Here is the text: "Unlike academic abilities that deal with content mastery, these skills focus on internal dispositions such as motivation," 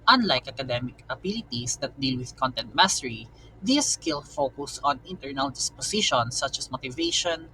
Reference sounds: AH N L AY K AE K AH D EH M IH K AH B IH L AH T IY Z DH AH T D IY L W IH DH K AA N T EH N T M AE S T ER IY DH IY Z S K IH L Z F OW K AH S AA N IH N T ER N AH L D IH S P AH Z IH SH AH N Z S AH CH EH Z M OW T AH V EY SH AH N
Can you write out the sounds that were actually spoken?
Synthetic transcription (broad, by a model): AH N L AY K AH K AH D EH M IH K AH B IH L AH T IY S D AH T D IY L W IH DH K AA N T EH N T M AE S T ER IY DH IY S K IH L F OW K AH S AA N IH N T ER N AH L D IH S P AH S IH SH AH N S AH CH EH S M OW T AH V EY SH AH N